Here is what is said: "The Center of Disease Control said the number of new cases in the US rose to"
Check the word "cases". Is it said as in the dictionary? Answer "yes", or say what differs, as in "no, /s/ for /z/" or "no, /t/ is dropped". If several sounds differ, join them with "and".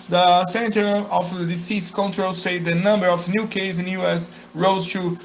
no, /s/ is dropped